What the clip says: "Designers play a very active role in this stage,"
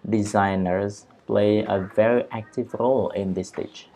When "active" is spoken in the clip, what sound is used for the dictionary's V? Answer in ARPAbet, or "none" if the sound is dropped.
V